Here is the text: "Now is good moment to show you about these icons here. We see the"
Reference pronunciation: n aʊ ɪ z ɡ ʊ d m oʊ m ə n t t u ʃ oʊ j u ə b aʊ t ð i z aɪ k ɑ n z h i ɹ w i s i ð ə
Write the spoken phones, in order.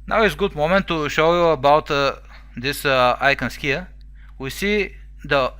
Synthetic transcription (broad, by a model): n aʊ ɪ s ɡ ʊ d m oʊ m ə n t t u ʃ oʊ j u ə b aʊ t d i s aɪ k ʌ n s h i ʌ w i s i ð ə